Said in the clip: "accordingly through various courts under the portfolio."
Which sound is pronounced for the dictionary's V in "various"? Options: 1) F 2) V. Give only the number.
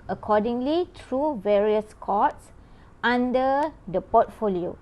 2